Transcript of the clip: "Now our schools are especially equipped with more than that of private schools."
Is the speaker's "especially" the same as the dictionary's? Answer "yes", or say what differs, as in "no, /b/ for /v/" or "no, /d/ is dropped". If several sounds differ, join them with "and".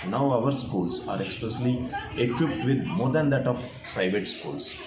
no, /s/ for /ʃ/